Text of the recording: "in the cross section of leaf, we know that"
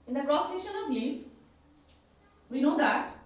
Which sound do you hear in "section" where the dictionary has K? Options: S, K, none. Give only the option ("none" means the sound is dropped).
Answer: none